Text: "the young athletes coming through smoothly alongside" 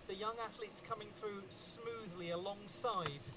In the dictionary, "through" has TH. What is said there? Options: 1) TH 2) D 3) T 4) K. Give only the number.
1